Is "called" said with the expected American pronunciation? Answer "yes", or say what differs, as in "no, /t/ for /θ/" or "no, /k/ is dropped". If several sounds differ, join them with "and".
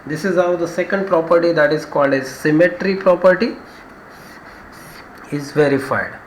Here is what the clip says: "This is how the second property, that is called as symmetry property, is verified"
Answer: yes